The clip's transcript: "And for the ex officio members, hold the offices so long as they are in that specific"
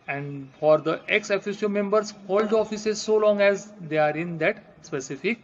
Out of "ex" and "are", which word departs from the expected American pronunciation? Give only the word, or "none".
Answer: none